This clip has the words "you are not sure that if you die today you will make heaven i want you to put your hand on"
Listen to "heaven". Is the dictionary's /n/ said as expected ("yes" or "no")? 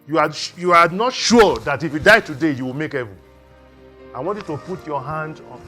no